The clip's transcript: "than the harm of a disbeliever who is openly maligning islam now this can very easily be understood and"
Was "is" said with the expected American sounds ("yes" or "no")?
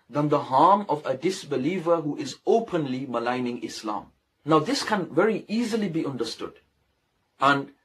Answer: yes